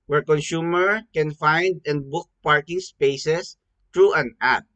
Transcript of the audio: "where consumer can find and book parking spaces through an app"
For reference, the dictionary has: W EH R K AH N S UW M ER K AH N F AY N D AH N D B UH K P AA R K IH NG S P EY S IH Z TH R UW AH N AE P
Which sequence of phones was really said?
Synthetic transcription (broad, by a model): W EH R K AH N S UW M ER K AH N F AY N D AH N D B UH K P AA R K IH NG S P EY S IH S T R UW AH N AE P